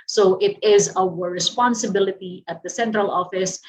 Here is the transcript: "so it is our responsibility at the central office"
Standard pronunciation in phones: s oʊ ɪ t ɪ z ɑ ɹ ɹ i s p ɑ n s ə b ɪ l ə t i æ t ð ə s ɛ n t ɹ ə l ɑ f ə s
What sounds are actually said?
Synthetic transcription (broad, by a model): s oʊ ɪ t ɪ z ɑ w ɹ i s p ɑ n s ə b ɪ l ə t i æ t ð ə s ɛ n t ɹ ə l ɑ f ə s